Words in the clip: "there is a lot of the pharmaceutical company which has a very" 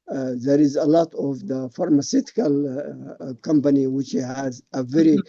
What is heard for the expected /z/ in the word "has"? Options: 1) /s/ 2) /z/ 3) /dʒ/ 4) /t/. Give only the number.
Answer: 2